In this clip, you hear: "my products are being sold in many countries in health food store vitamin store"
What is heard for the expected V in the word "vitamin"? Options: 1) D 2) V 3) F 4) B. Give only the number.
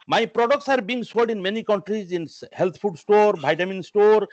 4